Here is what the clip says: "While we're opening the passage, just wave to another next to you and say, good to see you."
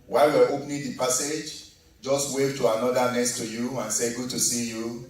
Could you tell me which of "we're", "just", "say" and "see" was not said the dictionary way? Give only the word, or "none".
we're